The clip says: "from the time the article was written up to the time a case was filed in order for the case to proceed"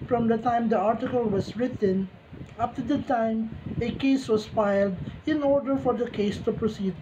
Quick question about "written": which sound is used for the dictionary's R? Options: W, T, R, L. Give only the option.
R